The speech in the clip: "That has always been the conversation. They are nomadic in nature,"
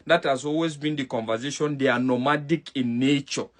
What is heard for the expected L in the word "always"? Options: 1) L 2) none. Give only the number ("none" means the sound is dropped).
1